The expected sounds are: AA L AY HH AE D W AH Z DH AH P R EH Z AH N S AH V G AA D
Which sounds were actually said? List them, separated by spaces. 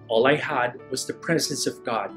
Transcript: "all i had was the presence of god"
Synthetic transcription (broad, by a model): AA L AY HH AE D W AH Z DH AH P R EH Z AH N S AH V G AA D